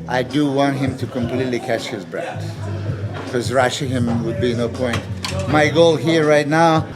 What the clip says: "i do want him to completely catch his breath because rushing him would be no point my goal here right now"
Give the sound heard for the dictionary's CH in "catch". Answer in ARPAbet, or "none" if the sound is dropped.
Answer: CH